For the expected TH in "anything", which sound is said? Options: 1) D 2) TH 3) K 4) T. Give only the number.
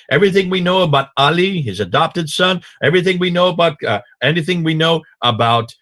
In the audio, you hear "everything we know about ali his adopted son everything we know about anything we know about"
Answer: 2